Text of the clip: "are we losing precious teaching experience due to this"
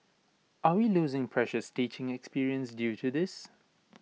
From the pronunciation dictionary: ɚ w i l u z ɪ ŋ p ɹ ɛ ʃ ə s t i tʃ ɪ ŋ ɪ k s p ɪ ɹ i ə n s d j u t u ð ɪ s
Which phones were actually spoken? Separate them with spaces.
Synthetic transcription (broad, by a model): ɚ w i l u z ɪ ŋ p ɹ ɛ ʃ ə s t i tʃ ɪ ŋ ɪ k s p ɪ ɹ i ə n s d j u t u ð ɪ s